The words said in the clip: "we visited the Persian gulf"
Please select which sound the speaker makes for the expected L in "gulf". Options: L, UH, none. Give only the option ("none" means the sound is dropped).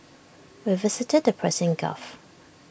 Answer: none